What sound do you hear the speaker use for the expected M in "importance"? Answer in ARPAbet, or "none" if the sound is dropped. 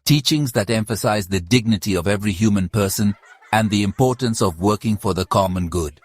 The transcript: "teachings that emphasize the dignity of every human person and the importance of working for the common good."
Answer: M